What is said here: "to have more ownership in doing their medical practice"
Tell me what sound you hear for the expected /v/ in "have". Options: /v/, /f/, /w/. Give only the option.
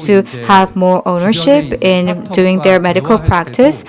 /v/